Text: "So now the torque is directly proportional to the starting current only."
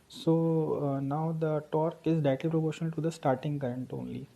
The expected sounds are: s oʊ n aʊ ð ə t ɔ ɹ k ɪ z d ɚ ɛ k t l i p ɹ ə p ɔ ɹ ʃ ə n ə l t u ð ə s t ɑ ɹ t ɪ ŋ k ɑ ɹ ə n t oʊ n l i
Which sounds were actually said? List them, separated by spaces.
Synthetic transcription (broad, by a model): s oʊ n aʊ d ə t ɔ ɹ k ɪ z d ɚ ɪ t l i p ɹ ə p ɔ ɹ ʃ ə n ə l t u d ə s t ɑ ɹ t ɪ ŋ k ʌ ɹ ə n t oʊ n l i